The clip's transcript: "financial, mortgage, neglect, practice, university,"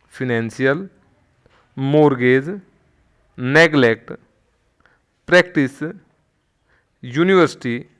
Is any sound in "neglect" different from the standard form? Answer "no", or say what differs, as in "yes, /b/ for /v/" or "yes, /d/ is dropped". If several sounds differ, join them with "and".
no